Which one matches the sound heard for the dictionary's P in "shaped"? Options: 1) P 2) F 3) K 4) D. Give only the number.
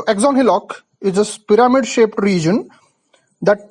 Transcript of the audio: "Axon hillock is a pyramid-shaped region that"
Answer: 1